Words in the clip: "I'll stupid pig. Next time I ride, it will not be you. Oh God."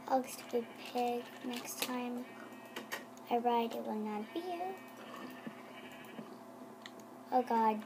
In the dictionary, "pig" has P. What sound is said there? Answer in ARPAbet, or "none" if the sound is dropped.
P